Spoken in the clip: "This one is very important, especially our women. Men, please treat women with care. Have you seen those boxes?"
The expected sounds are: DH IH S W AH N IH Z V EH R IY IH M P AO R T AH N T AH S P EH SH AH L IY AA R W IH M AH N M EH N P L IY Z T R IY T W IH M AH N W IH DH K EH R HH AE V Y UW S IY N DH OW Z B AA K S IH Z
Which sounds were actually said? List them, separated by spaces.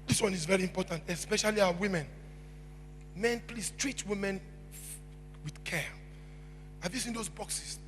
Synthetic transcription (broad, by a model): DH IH S W AH N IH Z V EH R IY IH M P AO T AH N T AH S P EH SH AH L IY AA W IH M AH N M EH N P L IY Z T R IY T W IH M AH N W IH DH K EH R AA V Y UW S IY N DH OW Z B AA K S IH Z